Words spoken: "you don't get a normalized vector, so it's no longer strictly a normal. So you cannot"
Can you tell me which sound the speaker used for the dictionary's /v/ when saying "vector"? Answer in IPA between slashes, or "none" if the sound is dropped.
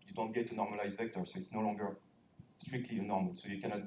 /v/